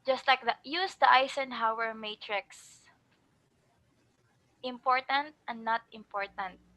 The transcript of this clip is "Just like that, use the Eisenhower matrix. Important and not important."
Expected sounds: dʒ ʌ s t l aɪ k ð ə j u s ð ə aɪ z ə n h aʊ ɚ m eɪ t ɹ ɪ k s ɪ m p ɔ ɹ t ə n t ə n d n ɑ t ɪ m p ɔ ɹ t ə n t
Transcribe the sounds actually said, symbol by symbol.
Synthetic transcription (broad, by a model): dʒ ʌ s t l aɪ k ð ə j u s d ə aɪ s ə n h aʊ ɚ m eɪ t ɹ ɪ k s ɪ m p ɔ ɹ t ə n t ə n d n ɑ t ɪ m p ɔ ɹ t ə n t